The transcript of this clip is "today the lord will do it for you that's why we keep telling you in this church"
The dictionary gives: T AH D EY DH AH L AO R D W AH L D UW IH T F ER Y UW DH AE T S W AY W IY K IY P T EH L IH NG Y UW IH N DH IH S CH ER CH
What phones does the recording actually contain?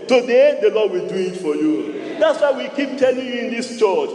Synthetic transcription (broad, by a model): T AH D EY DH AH L AO D W AH L D UW IH T F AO Y UW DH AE T S W AY W IY K IY P T EH L IH NG Y UW IH N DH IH S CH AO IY